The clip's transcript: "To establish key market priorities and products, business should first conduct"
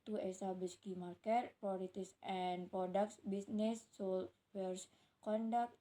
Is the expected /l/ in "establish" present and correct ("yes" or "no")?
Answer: no